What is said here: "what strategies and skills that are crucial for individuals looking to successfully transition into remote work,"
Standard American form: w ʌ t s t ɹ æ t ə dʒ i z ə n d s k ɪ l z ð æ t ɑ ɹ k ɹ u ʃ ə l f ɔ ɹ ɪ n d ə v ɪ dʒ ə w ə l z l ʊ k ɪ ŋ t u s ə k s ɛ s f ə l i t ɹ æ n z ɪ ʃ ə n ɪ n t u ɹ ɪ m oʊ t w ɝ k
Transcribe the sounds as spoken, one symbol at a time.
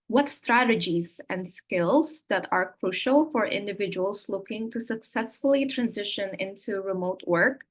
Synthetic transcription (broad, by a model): w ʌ t s t ɹ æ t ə dʒ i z ə n d s k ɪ l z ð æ t ɑ ɹ k ɹ u ʃ ə l f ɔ ɹ ɪ n d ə v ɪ dʒ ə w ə l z l ʊ k ɪ ŋ t u s ə k s ɛ s f ə l i t ɹ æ n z ɪ ʃ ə n ɪ n t u ɹ ɪ m oʊ t w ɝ k